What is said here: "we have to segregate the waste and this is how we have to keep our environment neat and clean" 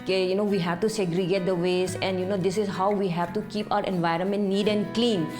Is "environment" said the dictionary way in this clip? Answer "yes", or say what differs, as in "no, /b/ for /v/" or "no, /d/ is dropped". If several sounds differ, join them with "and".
yes